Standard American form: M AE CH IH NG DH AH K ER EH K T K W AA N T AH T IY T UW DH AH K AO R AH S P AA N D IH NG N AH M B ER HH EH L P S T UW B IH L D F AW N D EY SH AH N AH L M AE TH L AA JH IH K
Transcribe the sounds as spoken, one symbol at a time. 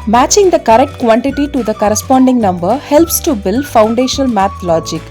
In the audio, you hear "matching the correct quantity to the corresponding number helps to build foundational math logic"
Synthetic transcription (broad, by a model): M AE CH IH NG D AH K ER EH K T K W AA N T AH T IY T UW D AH K AO R AH S P AA N D IH NG N AH M B ER HH EH L P S T UW B IH L D F AW N D EY SH AH N AH L M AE T L AA JH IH K